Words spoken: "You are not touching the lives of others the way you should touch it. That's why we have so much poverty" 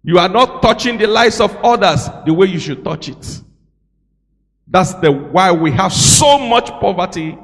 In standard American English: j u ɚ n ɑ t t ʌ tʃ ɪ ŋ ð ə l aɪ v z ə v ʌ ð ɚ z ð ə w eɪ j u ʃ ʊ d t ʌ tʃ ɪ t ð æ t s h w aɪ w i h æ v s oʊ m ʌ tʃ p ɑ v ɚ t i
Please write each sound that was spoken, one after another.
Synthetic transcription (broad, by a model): j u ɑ n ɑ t t ʌ tʃ ɪ ŋ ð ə l aɪ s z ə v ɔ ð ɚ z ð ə w eɪ j u ʃ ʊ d t ʌ tʃ ɪ t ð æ t s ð w aɪ w i h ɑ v s oʊ m ʌ tʃ p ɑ v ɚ t i